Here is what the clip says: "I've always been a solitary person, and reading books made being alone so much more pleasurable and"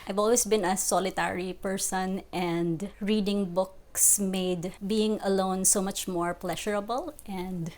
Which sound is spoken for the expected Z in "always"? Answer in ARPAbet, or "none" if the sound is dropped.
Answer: S